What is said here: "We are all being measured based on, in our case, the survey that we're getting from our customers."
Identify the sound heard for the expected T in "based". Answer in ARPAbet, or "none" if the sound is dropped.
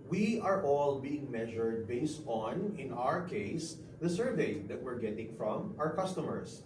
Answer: T